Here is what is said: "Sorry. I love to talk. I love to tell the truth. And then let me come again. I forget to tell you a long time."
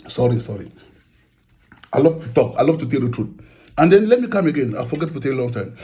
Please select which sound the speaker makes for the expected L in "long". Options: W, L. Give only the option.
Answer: L